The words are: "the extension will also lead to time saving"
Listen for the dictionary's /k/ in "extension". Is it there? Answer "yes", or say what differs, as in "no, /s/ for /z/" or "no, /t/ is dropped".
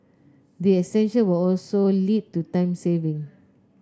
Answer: no, /k/ is dropped